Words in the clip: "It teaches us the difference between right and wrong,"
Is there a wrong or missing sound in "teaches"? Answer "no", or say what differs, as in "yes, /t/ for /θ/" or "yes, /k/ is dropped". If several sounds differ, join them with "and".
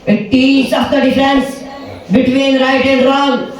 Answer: yes, /s/ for /tʃ/